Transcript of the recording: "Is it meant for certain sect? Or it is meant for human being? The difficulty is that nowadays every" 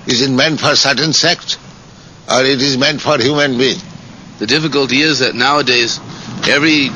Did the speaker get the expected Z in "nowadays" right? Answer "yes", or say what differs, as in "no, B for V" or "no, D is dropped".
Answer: yes